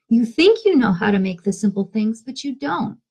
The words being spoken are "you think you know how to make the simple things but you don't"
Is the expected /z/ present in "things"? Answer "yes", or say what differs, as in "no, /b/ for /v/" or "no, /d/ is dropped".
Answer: yes